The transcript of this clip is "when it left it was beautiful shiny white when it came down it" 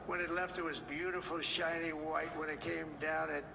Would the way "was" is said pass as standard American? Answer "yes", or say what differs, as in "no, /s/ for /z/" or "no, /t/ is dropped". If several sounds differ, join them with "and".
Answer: yes